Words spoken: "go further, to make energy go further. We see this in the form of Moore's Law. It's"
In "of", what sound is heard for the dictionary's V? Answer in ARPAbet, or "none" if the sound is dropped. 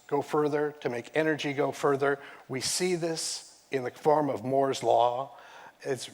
V